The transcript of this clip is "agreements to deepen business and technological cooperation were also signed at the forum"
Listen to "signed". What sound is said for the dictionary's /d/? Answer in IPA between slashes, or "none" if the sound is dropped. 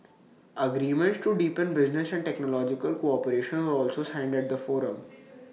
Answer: /d/